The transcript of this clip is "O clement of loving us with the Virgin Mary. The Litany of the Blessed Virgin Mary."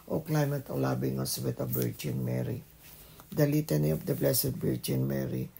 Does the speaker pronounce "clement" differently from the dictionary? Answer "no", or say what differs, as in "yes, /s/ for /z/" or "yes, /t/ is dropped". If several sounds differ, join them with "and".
yes, /n/ is dropped